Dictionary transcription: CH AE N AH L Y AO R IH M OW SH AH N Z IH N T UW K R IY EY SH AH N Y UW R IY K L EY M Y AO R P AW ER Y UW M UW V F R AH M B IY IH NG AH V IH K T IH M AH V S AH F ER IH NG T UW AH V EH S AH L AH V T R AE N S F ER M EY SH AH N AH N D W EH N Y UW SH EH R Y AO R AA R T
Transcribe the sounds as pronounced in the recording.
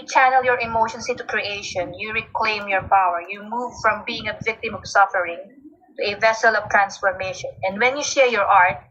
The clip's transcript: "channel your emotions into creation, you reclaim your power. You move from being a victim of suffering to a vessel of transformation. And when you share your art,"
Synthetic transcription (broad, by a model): CH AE N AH L Y AO R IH M OW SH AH N S IH N T UW K R IY EY SH AH N Y UW R IY K L EY M Y AO R P AW ER Y UW M UW V F R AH M B IY IH NG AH V IH K T IH M AH V S AH F ER IH NG T UW AH V EH S AH L AH V T R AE N S F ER M EY SH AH N AH N D W EH N Y UW SH EH R Y AO R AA R T